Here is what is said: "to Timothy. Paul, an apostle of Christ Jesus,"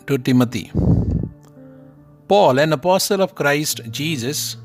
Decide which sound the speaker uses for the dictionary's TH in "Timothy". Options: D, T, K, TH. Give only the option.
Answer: T